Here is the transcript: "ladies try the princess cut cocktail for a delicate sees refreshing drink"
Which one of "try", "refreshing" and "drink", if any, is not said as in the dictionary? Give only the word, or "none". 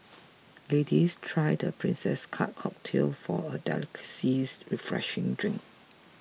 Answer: none